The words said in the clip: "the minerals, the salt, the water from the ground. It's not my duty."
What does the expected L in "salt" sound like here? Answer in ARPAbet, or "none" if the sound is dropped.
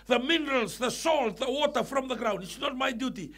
L